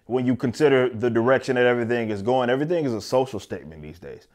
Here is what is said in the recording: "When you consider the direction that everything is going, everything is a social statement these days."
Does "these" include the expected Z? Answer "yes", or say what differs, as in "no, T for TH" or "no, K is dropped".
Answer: yes